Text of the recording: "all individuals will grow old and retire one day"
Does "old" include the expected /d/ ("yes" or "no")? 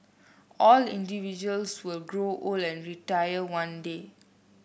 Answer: no